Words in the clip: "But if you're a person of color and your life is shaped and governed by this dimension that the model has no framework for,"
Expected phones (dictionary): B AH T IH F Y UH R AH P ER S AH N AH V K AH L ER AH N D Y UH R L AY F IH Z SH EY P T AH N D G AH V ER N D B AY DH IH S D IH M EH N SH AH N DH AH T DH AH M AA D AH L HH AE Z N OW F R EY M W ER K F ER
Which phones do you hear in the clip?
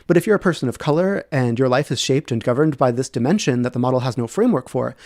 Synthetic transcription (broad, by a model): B AH T IH F Y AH R AH P ER S AH N AH V K AH L ER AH N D Y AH R L AY F IH Z SH EY P T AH N G AH V ER N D B AY DH IH S D IH M EH N SH AH N DH AH T DH AH M AA D L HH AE Z N OW F R EY M W ER K F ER